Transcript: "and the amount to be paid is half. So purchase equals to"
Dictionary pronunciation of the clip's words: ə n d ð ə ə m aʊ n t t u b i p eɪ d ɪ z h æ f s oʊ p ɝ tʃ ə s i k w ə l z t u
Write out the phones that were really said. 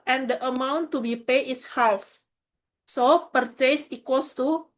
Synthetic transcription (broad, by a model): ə n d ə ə m aʊ n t t u b i p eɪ ɪ s h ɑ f s oʊ p ɝ tʃ ə s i k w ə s t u